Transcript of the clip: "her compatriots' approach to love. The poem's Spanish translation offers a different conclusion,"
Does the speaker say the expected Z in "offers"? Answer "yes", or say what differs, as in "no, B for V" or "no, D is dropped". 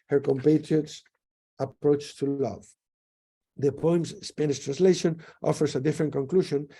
no, S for Z